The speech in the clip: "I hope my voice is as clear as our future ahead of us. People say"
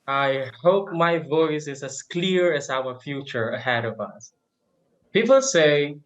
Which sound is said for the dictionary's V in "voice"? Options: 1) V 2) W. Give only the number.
1